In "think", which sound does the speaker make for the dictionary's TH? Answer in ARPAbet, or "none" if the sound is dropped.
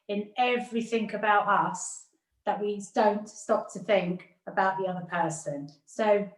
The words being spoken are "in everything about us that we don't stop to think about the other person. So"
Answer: TH